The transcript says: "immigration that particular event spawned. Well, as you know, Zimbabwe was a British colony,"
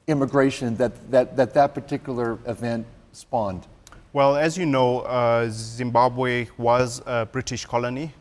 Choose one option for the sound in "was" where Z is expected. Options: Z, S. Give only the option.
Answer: Z